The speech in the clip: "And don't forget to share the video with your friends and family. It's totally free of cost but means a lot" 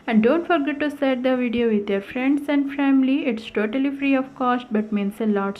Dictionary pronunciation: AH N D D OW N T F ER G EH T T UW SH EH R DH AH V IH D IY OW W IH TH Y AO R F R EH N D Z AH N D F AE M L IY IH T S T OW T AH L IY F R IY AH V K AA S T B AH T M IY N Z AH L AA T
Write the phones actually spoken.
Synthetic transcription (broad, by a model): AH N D D OW N T F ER G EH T T UW S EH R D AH V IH D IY OW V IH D Y AO R F R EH N D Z AH N D F AE M L IY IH T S T OW T AH L IY F R IY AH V K AA S T B AH T M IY N S AH L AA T